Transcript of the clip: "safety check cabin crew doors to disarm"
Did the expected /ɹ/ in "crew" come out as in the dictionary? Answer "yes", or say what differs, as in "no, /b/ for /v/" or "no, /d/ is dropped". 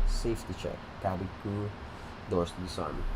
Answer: no, /ɹ/ is dropped